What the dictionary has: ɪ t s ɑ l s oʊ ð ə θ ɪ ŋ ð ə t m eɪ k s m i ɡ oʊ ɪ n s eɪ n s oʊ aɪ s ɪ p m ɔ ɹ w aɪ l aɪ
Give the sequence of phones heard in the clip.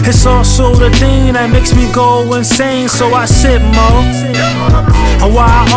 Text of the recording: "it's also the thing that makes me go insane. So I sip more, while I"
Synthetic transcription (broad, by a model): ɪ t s ɑ l s oʊ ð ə θ ɪ ŋ ð ə t m eɪ k s m i ɡ oʊ ɪ n s eɪ n s oʊ aɪ s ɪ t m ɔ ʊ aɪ w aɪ